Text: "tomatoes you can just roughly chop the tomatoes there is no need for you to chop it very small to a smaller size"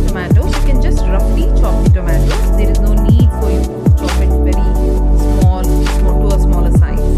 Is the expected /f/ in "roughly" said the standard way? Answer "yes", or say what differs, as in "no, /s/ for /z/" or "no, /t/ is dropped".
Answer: no, /p/ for /f/